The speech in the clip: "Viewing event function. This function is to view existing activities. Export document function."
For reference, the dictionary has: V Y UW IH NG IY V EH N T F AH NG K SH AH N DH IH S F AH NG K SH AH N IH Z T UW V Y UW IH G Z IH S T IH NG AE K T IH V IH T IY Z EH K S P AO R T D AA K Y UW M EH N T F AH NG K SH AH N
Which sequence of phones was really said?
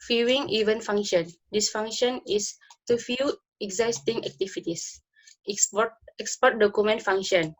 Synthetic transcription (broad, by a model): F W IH NG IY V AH N F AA NG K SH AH N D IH S F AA NG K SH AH N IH S T UW F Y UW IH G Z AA S T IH NG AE K T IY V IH T IY S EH K S P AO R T D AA K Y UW M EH N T F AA NG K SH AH N